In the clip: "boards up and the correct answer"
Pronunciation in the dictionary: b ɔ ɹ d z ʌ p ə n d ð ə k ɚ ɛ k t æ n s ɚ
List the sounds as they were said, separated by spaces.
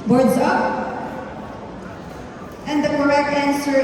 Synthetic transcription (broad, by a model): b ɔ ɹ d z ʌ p ə n d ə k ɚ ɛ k æ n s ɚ